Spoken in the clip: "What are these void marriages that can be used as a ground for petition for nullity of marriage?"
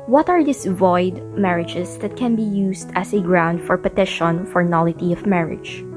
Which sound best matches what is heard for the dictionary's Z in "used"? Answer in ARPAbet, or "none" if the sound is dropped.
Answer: S